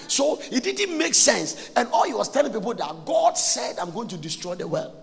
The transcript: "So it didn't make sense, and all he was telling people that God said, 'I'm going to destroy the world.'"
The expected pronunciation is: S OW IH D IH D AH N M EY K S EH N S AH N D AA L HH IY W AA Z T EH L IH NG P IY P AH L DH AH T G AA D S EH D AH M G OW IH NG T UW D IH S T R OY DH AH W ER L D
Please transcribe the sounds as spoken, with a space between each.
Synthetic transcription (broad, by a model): S OW IH D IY D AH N M EY K S EH N S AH N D AA L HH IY W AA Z T EH L IH NG P IY P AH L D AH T G AA D S EH D AH M G OW IH NG T UW D IH S T R OY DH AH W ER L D